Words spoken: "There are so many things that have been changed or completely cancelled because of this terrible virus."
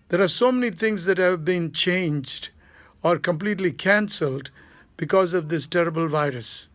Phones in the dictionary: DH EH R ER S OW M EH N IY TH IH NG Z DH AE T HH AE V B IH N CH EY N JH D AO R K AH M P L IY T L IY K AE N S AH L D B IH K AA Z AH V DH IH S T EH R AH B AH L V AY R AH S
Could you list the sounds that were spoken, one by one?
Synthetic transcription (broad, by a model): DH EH R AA S OW M EH N IY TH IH NG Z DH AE T HH AE V B IH N CH EY N JH D AO R K AH M P L IY T L IY K AE N S AH L D B IH K AA Z AH V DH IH S T EH R AH B AH L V AY R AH S